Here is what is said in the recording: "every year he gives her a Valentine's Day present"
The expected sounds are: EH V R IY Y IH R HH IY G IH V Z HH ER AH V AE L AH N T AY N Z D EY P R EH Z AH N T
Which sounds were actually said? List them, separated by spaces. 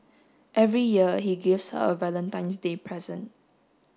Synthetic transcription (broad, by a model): EH V R IY Y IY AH HH IY G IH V S HH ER AH V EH L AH N T AY N S D EY P R EH Z AH N T